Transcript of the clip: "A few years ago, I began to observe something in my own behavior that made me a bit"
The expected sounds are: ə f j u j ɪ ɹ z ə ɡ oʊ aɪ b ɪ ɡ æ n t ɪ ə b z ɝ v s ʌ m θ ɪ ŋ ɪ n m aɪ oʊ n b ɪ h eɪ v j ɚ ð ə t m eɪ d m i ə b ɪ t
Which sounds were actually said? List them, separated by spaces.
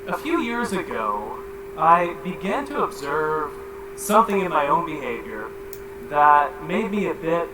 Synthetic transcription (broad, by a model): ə f j u j ɪ ɹ z ə ɡ oʊ aɪ b ɪ ɡ æ n t ɪ ə b z ɝ v s ʌ m θ ɪ ŋ ɪ n m aɪ oʊ n b ɪ h eɪ v j ɚ ð ə t m eɪ d m i ə b ɪ t